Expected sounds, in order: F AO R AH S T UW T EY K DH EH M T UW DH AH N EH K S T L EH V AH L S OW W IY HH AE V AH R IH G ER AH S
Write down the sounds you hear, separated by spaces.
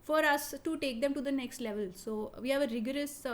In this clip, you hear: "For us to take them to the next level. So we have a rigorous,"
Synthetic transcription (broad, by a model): F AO R AH S T UW T EY K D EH M T UW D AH N EH K S T L EH V AH L S OW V IY HH AE V AH R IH G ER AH S